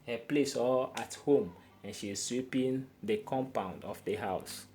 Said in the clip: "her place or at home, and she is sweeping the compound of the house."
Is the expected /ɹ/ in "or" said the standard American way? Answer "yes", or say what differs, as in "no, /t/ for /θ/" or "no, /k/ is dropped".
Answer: no, /l/ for /ɹ/